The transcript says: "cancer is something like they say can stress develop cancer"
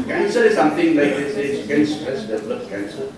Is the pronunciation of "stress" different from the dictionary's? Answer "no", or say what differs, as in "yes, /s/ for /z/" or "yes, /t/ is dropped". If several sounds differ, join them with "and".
yes, /ɹ/ is dropped